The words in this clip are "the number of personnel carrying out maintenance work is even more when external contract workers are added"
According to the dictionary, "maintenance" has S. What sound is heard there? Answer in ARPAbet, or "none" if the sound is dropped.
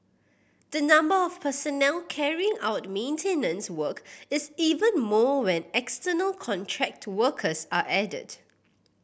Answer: S